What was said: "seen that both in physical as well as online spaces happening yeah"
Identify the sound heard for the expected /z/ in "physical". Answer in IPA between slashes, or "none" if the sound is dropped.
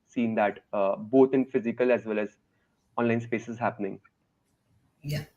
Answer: /z/